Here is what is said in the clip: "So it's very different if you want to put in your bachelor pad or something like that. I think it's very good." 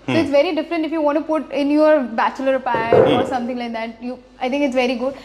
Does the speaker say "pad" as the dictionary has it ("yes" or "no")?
no